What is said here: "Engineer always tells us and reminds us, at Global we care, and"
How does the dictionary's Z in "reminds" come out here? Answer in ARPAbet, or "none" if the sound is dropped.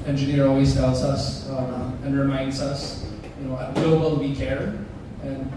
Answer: Z